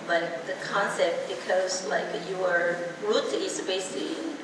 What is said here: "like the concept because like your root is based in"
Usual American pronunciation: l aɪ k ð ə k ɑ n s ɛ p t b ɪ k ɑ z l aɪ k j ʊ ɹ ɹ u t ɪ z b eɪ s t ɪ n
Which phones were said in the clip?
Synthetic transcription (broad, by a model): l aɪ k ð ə k ɑ n s ɛ p t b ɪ k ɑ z l aɪ k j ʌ ɹ ɹ u t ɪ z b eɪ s ɪ